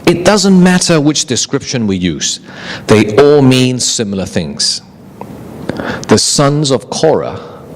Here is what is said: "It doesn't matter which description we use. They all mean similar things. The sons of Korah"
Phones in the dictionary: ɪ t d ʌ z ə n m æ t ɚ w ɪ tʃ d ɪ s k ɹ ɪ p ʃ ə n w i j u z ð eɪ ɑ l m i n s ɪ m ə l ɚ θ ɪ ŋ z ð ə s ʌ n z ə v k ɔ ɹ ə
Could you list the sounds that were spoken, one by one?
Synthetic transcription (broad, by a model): ɪ t d ʌ z ə n m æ t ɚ w ɪ tʃ d ɪ s k ɹ ɪ p ʃ ə n w i j u z ð eɪ ɑ l m i n s ɪ m l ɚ θ ɪ ŋ z ð ə s ʌ n z ə v k ɔ ɹ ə